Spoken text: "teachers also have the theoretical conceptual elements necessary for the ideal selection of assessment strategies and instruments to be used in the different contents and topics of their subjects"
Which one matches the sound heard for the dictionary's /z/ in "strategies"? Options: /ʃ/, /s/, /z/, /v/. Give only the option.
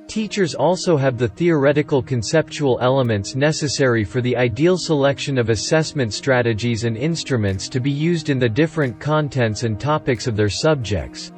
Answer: /z/